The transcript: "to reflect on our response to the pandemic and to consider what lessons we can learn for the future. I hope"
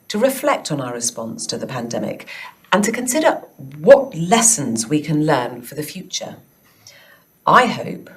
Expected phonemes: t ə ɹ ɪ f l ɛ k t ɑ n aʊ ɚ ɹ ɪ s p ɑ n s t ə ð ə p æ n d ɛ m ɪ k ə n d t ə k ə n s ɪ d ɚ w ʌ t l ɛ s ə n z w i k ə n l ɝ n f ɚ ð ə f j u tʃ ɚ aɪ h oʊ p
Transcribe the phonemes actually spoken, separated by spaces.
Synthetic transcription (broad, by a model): t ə ɹ ɪ f l ɛ k t n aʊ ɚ ɹ ɪ s p ɑ n s t ə ð ə p æ n d ɛ m ɪ k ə n t ə k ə n s ɪ d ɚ w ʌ t l ɛ s ə n z w i k ə n l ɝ n f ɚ ð ə f j u tʃ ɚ aɪ h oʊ p